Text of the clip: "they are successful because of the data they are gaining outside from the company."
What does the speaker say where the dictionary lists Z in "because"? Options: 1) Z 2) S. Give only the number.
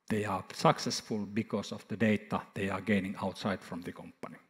2